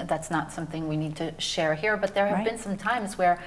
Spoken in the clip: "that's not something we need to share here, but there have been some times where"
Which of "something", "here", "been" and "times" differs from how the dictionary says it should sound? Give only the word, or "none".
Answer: none